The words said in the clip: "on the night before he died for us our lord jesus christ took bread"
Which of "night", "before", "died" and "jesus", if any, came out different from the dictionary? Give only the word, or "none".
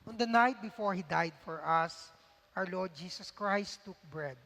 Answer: jesus